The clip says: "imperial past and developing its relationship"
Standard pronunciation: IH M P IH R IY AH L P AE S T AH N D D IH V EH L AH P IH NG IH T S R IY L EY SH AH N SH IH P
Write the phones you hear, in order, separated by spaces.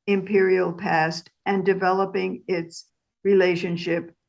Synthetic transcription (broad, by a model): IH M P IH R IY L P AE S T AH N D D IH V EH L AH P IH NG IH T S R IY L EY SH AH N SH IH P